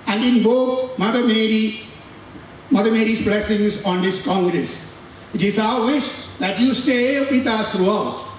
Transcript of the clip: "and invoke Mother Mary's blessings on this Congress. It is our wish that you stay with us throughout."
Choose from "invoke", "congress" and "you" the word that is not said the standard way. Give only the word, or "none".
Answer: invoke